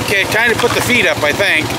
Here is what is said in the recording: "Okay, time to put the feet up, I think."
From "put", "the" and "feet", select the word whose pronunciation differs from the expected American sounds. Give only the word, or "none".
none